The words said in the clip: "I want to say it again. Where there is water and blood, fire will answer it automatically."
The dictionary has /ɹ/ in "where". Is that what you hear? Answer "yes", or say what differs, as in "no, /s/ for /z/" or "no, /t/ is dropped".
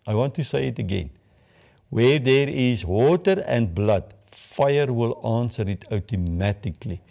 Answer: yes